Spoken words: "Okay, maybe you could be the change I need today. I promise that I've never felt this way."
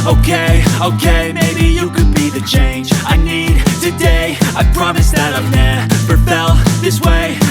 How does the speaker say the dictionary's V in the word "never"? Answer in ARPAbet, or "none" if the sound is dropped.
P